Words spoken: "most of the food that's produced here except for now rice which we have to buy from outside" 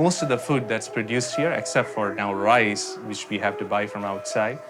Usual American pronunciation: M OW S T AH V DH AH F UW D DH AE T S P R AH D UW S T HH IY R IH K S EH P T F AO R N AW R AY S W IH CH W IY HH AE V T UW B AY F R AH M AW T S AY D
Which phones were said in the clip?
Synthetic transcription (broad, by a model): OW S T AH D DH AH F UW D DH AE T S P R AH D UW S T HH IY R IH K S EH P T F AO R N AW R AY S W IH CH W IY HH AE V T UW B AY F R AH M AW T S AY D